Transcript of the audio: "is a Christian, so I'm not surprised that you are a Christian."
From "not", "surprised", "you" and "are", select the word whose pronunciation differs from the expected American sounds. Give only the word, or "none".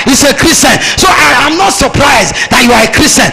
none